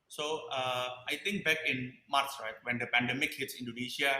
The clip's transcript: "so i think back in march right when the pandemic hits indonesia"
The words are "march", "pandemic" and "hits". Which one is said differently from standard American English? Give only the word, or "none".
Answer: march